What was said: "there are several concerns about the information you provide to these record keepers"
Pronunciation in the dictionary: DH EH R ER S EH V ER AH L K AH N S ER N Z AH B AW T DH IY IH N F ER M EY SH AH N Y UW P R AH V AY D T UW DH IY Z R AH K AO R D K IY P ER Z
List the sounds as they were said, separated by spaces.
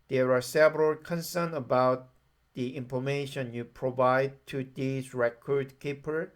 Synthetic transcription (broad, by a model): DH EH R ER S EH V ER AH L K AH N S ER N AH B AW T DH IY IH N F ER M EY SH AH N Y UW P R AH V AY D T UW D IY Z R AH K AO R D K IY P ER